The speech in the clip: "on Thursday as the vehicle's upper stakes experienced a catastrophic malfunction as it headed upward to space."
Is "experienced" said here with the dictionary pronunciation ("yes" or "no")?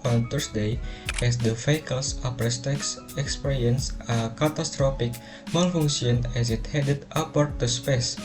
no